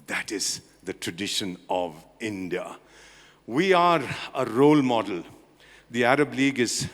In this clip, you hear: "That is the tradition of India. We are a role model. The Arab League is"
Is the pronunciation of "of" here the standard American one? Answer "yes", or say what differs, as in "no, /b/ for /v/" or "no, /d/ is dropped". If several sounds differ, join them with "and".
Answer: yes